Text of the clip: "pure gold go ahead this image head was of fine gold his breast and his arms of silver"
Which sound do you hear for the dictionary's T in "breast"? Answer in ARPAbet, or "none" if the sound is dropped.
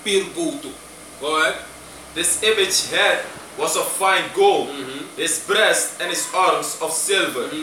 T